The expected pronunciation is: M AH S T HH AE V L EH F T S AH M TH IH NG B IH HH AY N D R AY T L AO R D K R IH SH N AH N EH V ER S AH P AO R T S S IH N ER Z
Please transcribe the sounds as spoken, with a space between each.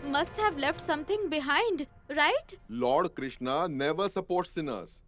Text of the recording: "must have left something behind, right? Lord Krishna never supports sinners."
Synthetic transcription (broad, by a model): M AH S T HH AE V L EH F T S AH M T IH NG B IH HH AY N D R AY T L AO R D K R IH SH N AH N EH V ER S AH P AO R T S S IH N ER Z